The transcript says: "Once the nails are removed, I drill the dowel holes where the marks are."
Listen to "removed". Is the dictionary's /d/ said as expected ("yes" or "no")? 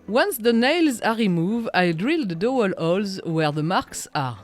no